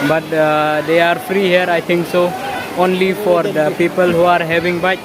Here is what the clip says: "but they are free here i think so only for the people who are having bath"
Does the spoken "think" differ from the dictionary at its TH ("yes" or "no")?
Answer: yes